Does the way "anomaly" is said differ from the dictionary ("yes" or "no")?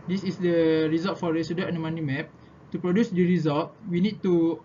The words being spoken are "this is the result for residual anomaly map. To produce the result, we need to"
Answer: yes